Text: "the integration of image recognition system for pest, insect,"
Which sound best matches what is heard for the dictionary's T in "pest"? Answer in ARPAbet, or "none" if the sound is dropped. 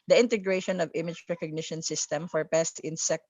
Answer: T